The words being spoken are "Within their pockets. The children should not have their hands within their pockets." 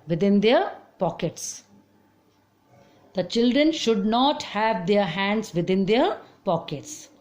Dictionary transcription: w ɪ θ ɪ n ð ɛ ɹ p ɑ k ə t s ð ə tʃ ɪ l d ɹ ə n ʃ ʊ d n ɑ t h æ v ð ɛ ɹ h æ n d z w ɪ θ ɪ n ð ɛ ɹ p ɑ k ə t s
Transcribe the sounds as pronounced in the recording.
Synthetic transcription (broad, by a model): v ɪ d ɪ n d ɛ ɹ p ɑ k ə t s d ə tʃ ɪ l d ɹ ə n ʃ ʊ d n ɑ t h æ v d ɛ ɹ h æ n d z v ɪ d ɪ n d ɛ ɹ p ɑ k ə t s